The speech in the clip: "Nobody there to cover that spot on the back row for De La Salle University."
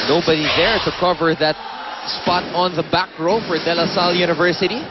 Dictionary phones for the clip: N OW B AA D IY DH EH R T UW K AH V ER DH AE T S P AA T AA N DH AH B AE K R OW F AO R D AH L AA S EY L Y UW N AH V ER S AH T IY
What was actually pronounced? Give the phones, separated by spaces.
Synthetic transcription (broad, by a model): N OW B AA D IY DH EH R T UW K AH V ER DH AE T S P AA T AA N DH AH B AE K R OW F AO R D AH L AA S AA L Y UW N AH V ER S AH T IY